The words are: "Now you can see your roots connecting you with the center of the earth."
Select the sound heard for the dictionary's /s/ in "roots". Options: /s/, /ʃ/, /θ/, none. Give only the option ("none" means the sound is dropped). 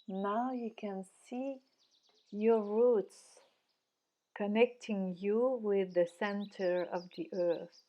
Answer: /s/